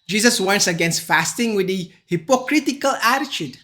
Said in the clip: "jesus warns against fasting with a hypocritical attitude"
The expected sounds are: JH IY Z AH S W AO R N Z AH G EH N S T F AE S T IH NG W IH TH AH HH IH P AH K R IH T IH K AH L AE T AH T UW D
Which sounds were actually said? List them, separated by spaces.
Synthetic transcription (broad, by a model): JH IY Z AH S W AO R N S AH G EH N S T F AE S T IH NG W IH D AH HH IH P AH K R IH T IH K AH L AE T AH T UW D